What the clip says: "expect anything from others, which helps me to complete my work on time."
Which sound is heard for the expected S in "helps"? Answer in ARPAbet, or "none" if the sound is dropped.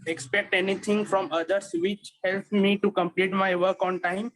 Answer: none